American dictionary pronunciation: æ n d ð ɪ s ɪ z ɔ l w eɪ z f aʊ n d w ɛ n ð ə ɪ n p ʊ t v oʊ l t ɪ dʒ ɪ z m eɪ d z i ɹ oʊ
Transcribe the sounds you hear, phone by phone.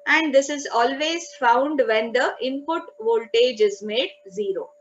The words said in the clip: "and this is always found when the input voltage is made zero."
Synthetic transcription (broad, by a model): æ n d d ɪ s ɪ z ɔ l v eɪ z f aʊ n d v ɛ n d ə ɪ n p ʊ t v oʊ l t ɪ dʒ ɪ z m eɪ d z i ɹ oʊ